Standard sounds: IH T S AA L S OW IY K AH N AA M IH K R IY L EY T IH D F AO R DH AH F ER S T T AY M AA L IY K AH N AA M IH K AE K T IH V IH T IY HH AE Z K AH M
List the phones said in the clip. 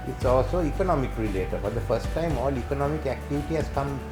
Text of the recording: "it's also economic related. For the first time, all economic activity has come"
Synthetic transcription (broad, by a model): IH T S AA L S OW IY K AH N AA M IH K R IY L EY T IH D F AO R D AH F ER S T T AY M AA L IY K AH N AA M IH K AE K T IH V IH T IY HH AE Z K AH M